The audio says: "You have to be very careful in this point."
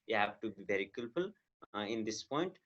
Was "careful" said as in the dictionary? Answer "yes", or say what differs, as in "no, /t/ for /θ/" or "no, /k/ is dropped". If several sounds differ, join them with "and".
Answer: no, /l/ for /ɹ/